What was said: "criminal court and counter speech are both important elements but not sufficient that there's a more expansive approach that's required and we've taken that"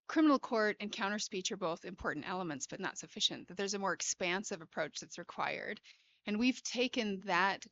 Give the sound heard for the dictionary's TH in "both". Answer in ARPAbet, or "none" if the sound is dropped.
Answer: TH